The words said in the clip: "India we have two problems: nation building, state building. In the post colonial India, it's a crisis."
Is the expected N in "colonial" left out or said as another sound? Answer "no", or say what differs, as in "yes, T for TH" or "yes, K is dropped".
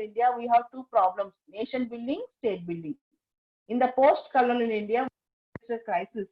yes, L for N